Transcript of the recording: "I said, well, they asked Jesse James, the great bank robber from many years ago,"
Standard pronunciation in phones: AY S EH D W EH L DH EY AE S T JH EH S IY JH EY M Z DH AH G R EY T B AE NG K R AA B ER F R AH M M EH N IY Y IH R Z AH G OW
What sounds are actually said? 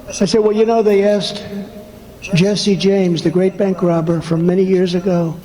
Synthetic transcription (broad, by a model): AY S EH D W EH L DH EY AE S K JH EH S IY JH EY M Z DH AH G R EY T B AE NG K R AA B ER F R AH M M EH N IY Y IH R Z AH G OW